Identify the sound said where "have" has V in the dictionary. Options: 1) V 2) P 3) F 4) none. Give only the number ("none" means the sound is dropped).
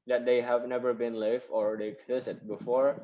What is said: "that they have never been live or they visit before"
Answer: 1